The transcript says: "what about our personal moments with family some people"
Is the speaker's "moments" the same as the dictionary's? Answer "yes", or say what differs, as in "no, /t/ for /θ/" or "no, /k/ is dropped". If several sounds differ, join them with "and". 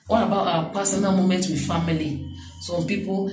no, /s/ is dropped